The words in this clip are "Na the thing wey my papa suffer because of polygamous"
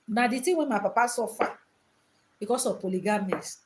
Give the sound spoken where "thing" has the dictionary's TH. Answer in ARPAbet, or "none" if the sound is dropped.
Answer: T